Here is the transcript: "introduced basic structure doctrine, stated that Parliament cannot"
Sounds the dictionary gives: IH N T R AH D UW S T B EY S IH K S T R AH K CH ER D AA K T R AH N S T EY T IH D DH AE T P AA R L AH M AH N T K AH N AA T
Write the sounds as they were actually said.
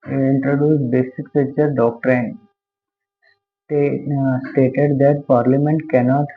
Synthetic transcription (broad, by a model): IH N T R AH D UW S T B EY S IH K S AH CH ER D AA K T R AH N S T EY T IH D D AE T P AA R L AH M AH N T K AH N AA T